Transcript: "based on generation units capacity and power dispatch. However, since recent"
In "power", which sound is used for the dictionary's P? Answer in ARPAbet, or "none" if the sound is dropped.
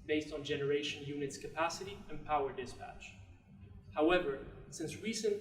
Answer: P